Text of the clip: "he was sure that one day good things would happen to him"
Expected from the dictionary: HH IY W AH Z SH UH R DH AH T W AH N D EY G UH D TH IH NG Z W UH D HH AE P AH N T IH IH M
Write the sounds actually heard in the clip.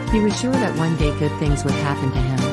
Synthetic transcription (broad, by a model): HH IY W AH Z SH UH R DH AH T W AH N D EY G UH D TH IH NG Z W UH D HH AE P AH N T IH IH M